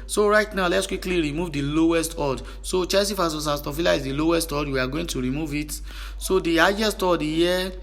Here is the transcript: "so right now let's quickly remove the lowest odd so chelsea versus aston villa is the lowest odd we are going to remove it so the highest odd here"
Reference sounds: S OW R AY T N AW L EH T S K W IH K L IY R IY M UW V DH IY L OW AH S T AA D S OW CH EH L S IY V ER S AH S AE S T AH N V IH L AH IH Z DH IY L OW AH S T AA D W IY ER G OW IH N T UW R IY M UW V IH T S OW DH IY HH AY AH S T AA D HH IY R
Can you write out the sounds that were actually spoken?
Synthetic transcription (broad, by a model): S OW R AY T N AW L EH T S K W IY K L IY R IY M UW V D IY L OW AH S T AA D S OW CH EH S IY F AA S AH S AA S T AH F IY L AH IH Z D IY L OW AH S T AA D W IY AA G OW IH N T UW R IY M UW V IH T S OW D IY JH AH S T AA D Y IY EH